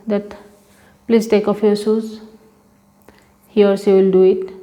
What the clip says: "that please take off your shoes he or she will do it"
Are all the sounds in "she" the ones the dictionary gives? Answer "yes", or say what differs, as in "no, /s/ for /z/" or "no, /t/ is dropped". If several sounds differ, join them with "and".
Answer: no, /s/ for /ʃ/